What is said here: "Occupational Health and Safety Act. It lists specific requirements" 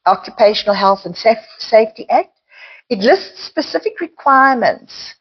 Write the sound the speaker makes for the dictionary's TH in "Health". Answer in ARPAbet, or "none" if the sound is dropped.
TH